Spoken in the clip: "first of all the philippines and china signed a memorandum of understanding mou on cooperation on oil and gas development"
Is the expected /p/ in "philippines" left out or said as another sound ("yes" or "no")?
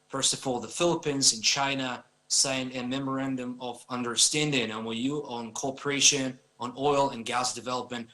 no